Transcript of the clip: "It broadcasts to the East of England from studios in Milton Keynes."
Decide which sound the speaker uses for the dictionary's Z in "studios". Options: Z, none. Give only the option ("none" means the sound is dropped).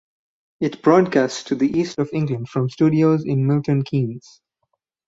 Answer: Z